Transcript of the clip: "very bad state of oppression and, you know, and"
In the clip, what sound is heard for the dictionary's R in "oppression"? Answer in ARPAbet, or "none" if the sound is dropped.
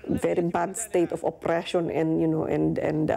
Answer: R